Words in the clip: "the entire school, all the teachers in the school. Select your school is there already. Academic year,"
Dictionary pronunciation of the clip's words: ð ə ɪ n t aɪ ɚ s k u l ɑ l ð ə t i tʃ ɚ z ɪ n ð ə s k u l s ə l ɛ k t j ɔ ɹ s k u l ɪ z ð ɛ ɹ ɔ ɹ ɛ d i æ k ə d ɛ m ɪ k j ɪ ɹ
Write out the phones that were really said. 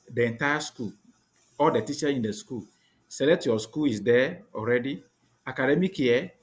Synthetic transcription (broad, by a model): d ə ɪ n t aɪ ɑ s k u l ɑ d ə t i tʃ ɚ ɪ n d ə s k u l s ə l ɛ t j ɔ s k u l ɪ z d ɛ ɔ ɹ ɛ d i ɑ k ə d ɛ m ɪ k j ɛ